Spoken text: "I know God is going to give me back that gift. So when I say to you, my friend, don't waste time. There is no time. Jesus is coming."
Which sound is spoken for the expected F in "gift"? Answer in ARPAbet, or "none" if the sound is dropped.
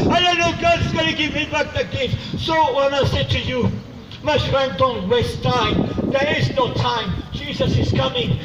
none